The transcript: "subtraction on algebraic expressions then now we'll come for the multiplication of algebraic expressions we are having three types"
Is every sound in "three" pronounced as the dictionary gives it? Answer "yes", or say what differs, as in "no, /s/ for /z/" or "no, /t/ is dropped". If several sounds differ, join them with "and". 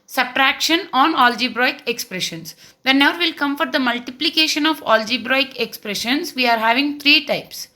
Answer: no, /t/ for /θ/